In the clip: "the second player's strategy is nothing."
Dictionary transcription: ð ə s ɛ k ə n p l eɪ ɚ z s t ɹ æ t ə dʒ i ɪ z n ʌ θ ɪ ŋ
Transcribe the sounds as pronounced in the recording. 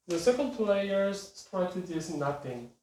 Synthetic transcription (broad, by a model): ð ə s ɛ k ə l p l eɪ ɚ z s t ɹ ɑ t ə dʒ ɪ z n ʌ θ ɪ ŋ